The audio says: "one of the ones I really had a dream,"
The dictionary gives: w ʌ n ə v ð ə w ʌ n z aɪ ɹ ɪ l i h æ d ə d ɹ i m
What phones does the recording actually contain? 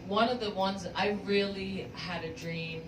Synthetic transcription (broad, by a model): w ʌ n ə v ð ə w ʌ n z aɪ ɹ ɪ l i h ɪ d ə d ɹ i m